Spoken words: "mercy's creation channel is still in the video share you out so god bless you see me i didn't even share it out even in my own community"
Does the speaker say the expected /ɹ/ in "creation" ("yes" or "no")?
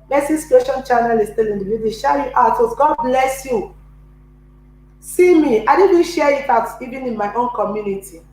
no